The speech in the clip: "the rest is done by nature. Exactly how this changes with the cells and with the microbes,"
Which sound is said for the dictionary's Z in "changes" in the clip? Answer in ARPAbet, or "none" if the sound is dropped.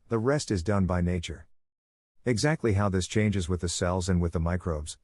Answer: Z